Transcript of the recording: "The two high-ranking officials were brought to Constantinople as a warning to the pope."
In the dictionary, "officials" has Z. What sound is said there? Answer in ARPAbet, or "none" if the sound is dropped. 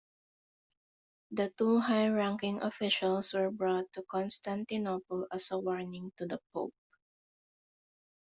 S